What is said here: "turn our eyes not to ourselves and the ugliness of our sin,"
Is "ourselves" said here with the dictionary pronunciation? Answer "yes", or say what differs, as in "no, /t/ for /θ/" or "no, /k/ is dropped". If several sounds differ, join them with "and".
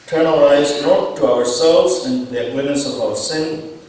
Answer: yes